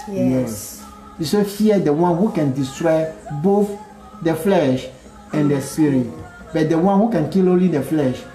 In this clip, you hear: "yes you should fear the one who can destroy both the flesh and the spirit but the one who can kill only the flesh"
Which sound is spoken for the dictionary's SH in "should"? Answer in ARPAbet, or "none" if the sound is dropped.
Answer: S